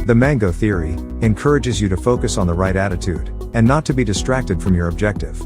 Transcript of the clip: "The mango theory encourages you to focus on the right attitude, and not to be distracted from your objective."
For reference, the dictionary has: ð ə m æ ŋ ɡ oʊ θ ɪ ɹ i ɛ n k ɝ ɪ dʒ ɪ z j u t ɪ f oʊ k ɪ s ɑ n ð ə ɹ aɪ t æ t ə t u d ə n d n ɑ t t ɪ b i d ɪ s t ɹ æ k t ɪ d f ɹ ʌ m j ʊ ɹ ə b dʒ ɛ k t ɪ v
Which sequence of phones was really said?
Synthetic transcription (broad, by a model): ð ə m æ ŋ ɡ oʊ θ ɪ ɹ i ɛ n k ɝ ɪ dʒ ɪ z j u t ɪ f oʊ k ɪ s n ð ə ɹ aɪ t æ t ə t u d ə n n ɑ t t ɪ b i d ɪ s t ɹ æ k t ɪ d f ɹ ʌ m j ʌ ɹ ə b dʒ ɛ k t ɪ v